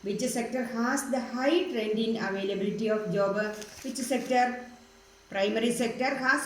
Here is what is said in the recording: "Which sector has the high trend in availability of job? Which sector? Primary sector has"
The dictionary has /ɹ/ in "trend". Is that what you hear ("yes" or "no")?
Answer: yes